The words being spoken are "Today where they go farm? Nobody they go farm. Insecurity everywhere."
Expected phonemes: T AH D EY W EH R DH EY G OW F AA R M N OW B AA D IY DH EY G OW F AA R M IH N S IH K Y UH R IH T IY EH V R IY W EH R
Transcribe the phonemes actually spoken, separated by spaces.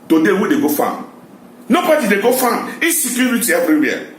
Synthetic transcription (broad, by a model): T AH D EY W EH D EY G OW F AA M N OW B AA D IY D EY G OW F AA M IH S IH K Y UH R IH T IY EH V R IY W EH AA